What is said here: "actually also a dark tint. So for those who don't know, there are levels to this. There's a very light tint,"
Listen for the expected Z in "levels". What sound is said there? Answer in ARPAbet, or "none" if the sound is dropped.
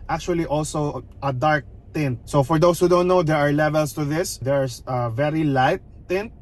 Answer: S